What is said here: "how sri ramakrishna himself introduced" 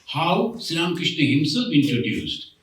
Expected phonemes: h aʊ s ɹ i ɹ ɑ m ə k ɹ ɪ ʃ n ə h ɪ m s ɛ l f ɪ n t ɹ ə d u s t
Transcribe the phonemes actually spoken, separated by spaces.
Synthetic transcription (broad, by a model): h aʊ s i l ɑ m k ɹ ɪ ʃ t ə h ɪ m s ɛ l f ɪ n t ɹ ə d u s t